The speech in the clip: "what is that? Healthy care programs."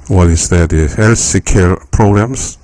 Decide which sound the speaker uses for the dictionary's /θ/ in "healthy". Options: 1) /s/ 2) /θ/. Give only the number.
1